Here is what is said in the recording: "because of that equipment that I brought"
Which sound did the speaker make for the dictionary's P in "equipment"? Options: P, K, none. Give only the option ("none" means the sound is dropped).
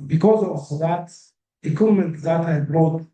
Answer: none